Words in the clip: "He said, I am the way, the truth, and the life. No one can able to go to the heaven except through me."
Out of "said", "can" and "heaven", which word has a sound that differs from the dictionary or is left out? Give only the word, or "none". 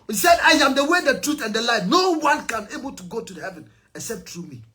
none